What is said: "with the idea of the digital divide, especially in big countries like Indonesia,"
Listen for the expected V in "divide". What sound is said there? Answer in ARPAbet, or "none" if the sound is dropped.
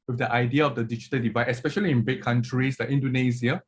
V